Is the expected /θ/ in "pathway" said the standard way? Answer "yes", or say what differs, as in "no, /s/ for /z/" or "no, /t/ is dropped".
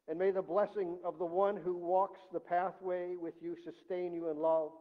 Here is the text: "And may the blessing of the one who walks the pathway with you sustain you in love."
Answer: yes